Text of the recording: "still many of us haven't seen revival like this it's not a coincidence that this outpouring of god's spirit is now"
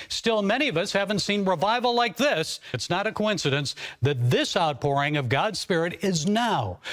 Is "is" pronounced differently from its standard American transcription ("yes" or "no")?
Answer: no